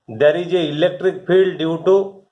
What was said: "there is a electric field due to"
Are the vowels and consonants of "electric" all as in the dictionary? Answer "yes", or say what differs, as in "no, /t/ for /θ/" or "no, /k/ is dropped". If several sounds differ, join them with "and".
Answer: yes